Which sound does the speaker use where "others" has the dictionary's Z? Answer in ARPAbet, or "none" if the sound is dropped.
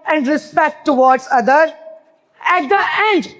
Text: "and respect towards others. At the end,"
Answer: none